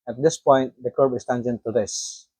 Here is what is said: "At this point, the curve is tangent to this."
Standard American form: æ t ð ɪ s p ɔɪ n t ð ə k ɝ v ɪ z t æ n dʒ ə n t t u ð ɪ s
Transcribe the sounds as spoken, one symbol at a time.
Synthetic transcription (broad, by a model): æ t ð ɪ s p ɔɪ n t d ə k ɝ b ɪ s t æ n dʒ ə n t t u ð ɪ s